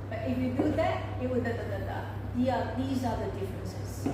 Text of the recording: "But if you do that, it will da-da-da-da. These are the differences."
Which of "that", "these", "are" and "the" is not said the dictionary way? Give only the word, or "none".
none